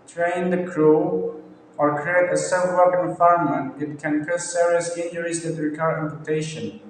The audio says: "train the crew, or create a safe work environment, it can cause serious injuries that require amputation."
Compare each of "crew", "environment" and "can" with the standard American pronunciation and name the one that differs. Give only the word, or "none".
environment